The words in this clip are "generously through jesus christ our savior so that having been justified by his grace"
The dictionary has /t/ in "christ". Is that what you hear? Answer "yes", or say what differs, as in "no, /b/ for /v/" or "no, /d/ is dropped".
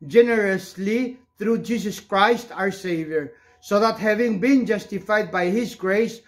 yes